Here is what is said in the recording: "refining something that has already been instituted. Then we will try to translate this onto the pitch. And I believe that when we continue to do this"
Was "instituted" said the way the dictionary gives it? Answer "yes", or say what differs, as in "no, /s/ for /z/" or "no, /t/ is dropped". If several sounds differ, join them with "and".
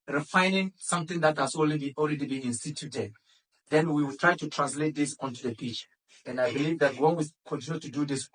yes